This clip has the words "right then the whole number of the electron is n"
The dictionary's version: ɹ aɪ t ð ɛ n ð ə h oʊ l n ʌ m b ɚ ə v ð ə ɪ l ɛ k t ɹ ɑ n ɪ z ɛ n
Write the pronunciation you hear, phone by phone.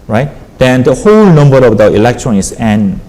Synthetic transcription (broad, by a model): ɹ aɪ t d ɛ n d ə h oʊ l n ʌ m b ɚ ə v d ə ɪ l ɛ k t ɹ ɑ n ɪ s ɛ n